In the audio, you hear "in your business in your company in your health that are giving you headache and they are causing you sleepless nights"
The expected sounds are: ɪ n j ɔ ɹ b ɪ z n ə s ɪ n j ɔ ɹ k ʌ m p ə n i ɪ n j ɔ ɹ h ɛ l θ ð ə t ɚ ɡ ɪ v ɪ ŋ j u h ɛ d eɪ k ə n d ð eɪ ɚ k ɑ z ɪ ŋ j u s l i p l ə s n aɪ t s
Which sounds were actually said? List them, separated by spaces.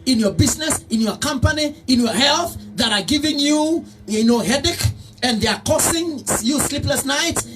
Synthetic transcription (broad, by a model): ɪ n j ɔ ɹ b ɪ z n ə s ɪ n j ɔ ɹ k ʌ m p ə n i ɪ n j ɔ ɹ h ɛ l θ ð ə t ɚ ɡ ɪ v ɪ ŋ j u h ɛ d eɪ k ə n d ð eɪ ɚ k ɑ s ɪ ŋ j u s l i p l ə s n aɪ t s